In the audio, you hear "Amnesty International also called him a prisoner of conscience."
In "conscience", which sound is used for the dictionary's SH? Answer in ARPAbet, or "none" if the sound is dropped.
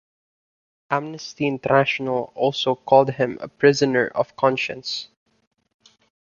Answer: SH